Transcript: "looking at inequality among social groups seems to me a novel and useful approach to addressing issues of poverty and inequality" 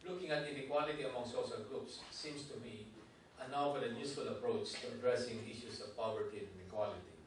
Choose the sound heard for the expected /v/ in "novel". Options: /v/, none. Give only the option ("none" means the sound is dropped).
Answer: none